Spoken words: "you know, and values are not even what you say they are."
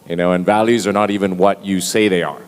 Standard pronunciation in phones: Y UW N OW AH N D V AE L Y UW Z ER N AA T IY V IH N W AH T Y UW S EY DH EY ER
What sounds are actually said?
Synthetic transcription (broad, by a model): Y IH N OW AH N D V AE L Y UW Z ER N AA T IY V IH N W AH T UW S EY DH EY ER